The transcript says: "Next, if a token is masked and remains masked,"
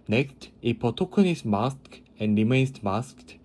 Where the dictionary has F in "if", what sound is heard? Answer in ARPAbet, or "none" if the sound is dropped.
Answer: P